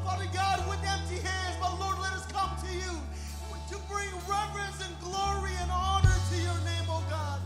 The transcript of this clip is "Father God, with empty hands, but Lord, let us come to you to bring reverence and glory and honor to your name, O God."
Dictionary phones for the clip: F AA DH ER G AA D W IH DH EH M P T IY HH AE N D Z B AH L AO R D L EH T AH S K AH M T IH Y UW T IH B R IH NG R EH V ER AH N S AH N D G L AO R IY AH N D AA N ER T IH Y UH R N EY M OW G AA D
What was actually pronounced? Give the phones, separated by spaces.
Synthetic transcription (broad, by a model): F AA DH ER G AA D W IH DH EH M P T IY HH AE N D Z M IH L AO R D L EH T AH S K AH M T IH Y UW T IH B R IH NG R EH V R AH N S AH N G L AO R IY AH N AA N ER T IH Y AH R N EY M OW G AA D